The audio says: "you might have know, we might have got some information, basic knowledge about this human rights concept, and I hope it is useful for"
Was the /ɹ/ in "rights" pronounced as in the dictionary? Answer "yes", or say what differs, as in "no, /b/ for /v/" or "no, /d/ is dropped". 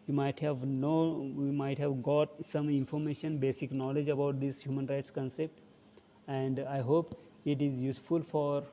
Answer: yes